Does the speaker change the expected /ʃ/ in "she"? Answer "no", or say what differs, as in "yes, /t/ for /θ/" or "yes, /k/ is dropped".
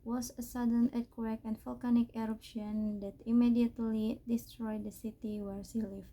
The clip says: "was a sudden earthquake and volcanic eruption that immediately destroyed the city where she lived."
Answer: yes, /s/ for /ʃ/